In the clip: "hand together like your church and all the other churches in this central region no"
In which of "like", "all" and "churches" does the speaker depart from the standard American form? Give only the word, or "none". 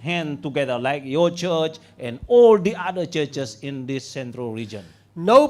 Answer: churches